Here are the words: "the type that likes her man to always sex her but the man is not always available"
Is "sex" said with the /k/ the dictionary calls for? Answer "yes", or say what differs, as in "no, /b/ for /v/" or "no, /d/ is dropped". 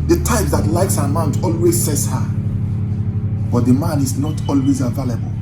no, /k/ is dropped